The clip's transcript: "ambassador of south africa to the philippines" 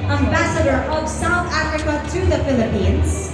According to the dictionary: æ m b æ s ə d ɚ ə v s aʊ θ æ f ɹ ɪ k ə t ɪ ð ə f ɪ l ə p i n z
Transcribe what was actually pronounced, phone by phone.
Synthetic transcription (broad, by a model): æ m b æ s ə d ɚ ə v s aʊ θ æ f ɹ ɪ k ə t ɪ ð ə f ɪ l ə p i n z